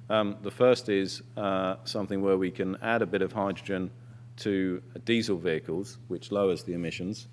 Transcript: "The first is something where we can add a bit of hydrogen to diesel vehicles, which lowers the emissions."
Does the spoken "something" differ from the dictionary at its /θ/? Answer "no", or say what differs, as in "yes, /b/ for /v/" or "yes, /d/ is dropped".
no